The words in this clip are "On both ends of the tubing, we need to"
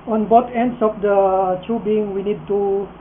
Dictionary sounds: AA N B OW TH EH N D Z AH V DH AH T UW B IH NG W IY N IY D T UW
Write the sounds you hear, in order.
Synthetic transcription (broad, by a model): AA N B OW T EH N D S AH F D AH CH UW B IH NG W IY N IY D T UW